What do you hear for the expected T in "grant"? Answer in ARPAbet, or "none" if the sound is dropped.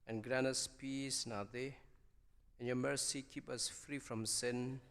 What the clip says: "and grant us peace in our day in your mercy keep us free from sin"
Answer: none